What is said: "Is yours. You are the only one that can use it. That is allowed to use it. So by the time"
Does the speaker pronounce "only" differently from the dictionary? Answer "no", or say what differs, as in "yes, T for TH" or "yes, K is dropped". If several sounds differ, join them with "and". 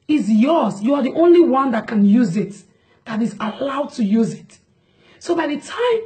no